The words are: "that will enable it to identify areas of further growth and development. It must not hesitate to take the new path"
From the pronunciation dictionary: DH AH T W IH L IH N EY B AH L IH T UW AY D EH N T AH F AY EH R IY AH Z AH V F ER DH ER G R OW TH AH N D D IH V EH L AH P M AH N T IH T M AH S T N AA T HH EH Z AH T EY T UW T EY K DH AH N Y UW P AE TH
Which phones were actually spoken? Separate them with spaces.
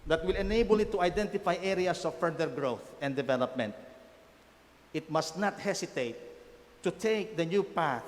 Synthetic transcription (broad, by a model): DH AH T W IH L IH N EY B AH L IH T UW AY D EH N T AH F AY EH R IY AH S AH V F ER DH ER G R OW TH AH N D D IH V EH L AH P M AH N T IH T M AH S T N AA T HH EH S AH T EY T UW T EY K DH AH N Y UW P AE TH